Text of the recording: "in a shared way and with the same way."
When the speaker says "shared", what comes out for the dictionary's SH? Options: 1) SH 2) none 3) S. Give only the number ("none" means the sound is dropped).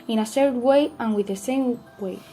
3